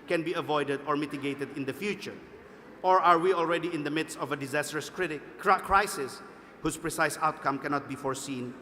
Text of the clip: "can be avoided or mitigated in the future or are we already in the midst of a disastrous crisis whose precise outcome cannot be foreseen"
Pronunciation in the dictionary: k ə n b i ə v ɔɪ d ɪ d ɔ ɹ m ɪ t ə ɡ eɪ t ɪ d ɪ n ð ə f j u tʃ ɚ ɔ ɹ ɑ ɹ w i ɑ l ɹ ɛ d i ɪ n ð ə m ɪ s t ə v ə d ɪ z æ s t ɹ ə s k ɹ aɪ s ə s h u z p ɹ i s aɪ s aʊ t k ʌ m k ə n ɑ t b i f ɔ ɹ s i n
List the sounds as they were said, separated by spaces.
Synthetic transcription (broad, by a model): k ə n b i ə v ɔɪ d ɪ d ɔ ɹ m ɪ t ə ɡ eɪ t ɪ d ɪ n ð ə f j u tʃ ɚ ɔ ɹ ɑ ɹ w i ɑ l ɹ ɛ d i ɪ n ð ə m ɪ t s ə v ə d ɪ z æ s t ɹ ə s k ɹ aɪ s ə s h u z p ɹ i s aɪ s aʊ t k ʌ m k ə n ɑ t b i f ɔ ɹ s i n